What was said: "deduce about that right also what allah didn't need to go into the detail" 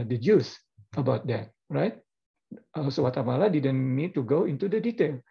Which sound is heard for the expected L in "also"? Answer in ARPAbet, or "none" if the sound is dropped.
none